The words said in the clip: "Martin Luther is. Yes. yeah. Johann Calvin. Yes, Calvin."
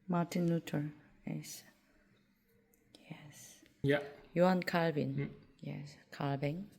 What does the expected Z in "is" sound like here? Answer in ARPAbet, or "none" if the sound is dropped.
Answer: S